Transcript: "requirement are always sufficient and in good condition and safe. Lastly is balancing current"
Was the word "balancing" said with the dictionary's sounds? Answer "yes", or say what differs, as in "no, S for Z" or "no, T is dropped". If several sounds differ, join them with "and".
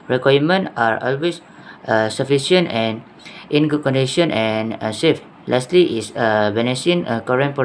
no, N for L and N is dropped